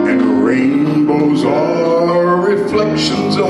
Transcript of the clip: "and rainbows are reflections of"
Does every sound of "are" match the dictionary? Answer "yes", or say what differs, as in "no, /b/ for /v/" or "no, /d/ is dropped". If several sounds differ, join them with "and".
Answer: no, /l/ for /ɹ/